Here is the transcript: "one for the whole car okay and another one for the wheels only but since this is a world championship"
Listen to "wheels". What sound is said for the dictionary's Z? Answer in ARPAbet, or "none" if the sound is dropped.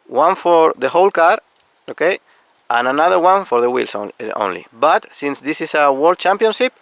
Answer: S